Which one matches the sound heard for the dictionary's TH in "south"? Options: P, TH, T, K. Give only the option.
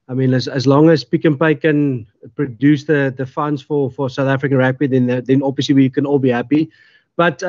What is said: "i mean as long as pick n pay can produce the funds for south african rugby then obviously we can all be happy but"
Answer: TH